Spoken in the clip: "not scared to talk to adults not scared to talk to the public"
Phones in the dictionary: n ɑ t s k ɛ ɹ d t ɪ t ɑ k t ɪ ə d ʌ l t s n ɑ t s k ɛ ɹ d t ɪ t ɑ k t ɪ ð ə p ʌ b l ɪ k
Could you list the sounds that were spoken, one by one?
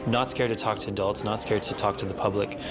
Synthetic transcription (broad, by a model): n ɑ t s k ɛ ɹ d t ɪ t ɑ k t ɪ ə d ʌ l t s n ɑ t s k ɛ ɹ d t ɪ t ɑ k t ɪ ð ə p ʌ b l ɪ k